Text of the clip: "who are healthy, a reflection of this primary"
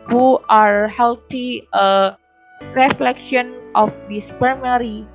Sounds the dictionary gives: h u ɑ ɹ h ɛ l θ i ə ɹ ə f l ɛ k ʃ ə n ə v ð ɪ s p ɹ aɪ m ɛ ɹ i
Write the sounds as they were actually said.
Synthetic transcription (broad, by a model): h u ɑ ɹ h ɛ l t i ə ɹ ə f l ɛ k ʃ ə n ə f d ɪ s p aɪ m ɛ ɹ i